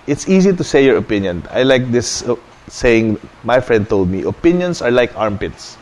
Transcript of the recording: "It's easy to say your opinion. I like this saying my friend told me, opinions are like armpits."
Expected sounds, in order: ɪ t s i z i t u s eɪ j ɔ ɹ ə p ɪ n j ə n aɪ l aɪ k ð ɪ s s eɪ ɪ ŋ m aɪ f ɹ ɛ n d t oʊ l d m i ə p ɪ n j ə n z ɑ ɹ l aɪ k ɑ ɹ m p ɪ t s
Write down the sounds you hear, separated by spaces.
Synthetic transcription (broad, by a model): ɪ t s i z i t u s eɪ j ɔ ɹ ə p ɪ n j ə n aɪ l aɪ k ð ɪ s s eɪ ɪ ŋ m aɪ f ɹ ɛ n d t oʊ l d m i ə p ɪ n j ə n s ɑ ɹ l aɪ k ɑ ɹ m p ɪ t s